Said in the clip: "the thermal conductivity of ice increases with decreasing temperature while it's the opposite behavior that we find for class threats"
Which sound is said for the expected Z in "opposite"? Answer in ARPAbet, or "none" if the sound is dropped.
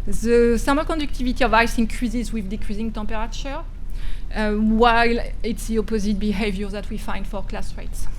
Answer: Z